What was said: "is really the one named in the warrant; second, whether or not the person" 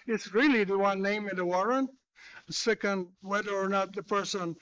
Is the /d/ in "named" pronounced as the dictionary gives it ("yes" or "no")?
no